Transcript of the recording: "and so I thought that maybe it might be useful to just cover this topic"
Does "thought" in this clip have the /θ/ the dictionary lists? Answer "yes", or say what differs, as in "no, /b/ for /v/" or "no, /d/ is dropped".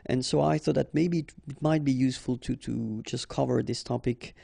yes